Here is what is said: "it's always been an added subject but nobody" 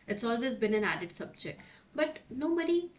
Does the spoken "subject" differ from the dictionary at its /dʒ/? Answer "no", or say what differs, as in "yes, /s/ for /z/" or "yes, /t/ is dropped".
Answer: yes, /tʃ/ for /dʒ/